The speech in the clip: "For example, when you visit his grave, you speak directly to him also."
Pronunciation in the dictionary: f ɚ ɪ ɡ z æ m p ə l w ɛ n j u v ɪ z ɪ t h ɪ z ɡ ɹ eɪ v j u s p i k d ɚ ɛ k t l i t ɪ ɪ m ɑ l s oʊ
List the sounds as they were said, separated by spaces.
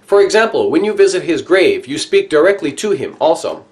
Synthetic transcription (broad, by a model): f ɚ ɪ ɡ z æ m p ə l w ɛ n j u v ɪ z ɪ t h ɪ z ɡ ɹ eɪ v j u s p i k d ɚ ɛ k t l i t ɪ ɪ m ɑ l s oʊ